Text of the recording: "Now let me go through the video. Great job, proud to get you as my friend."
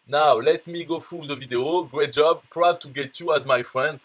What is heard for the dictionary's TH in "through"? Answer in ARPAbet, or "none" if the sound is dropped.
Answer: F